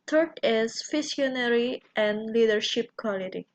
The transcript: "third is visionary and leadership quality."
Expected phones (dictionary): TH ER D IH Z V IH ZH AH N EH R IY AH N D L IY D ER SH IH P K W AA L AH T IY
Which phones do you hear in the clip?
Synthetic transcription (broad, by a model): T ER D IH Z F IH S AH N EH R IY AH N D L IY D ER SH IH P K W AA L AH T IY